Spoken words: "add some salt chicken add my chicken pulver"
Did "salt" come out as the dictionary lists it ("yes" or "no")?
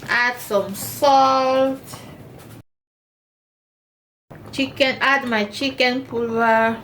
yes